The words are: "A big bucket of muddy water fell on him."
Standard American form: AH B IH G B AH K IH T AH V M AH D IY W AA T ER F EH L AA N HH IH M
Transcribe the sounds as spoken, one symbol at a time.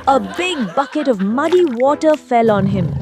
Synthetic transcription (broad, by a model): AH B IH G B AH K IH T AH V M AH D IY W AA T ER F EH L AA N HH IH M